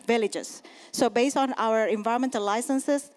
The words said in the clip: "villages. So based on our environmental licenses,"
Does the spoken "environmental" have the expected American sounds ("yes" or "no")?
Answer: no